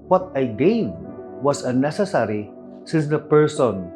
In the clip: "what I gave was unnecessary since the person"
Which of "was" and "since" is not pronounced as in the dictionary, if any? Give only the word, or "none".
was